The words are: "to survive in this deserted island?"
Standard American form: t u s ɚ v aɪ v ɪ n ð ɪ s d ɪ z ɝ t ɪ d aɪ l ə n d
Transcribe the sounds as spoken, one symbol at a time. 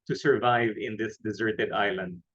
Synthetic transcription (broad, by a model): t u s ɚ v aɪ v ɪ n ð ɪ s d ɪ z ɝ t ɪ d aɪ l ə n d